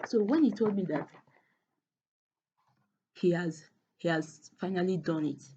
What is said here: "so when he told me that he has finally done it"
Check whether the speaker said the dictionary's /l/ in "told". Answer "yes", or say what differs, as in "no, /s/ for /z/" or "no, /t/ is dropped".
yes